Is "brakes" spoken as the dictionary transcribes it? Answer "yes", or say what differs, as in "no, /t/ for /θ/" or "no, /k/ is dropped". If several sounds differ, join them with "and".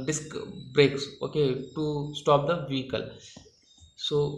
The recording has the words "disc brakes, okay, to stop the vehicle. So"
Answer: yes